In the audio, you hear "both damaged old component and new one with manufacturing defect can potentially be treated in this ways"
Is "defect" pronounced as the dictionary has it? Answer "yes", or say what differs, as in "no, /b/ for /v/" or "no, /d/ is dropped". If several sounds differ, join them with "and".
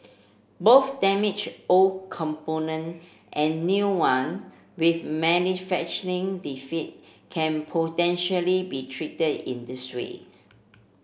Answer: no, /k/ is dropped